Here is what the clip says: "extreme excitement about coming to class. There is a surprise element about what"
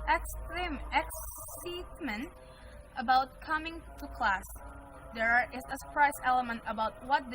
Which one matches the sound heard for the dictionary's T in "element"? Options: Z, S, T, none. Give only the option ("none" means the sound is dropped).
T